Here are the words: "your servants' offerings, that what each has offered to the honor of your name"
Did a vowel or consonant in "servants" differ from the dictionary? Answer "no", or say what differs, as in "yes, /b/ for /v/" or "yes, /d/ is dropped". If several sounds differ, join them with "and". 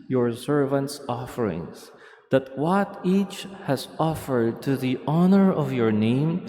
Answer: no